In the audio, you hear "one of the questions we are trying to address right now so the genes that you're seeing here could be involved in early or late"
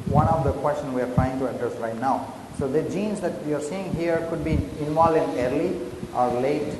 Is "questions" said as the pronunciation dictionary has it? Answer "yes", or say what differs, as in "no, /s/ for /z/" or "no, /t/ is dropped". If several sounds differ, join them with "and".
no, /z/ is dropped